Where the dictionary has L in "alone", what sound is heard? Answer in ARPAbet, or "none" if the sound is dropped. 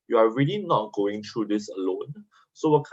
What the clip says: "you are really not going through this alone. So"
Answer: L